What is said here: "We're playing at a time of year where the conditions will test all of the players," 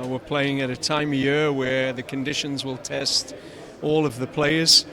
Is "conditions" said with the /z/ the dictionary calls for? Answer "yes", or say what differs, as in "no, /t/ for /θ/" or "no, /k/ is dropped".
yes